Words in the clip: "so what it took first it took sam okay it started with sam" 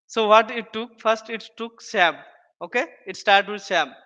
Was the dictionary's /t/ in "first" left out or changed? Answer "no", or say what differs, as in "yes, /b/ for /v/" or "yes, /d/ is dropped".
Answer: no